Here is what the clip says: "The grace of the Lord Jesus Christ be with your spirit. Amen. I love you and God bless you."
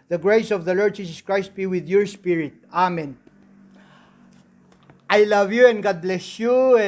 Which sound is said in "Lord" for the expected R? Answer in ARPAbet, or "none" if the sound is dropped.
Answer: R